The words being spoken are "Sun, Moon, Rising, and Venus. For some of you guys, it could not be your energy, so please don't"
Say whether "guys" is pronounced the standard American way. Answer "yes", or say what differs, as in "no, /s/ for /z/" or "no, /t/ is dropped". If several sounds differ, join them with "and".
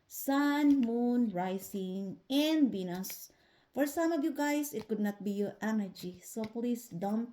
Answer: no, /s/ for /z/